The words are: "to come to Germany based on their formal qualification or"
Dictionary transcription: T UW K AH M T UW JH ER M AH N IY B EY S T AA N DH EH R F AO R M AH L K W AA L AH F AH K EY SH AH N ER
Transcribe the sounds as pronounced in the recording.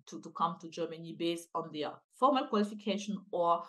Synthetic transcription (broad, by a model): T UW K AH M T UW JH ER M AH N IY B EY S AA N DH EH F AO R M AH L K W AA L AH F AH K EY SH AH N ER